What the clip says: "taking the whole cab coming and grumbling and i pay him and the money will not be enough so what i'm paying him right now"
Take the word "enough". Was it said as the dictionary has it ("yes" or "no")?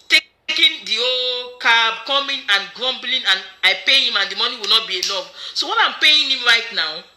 no